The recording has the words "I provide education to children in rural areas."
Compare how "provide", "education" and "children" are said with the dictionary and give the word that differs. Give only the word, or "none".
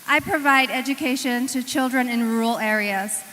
none